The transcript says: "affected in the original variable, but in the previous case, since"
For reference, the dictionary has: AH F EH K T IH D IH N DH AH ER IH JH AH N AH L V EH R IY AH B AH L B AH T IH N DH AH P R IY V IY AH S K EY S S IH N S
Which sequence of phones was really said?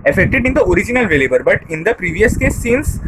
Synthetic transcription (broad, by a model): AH F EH K T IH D IH N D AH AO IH JH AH N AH L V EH L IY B AH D B AH T IH N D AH P R IY V IY AH S K EY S S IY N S